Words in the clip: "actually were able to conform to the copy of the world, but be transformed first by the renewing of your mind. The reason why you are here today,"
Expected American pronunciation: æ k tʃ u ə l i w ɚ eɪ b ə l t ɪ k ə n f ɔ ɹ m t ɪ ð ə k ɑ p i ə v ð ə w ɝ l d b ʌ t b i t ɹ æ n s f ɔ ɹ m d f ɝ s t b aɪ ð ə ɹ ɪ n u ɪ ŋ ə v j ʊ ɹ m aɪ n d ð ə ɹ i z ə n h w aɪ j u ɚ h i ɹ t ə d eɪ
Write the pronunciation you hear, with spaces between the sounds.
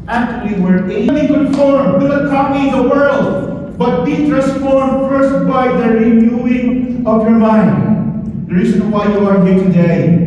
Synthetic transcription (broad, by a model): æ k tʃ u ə l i w ɚ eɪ ə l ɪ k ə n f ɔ ɹ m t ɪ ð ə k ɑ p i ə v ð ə w ɝ l d b ʌ t b i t ɹ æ n s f ɔ ɹ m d f ɝ s t b aɪ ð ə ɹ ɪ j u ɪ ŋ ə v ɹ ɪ m aɪ n d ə ɹ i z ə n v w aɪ j u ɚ h i ɹ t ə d eɪ